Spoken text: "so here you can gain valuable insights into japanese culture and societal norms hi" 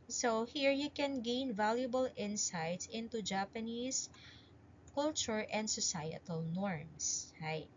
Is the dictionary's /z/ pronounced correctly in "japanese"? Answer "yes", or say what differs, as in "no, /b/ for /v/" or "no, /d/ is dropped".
no, /s/ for /z/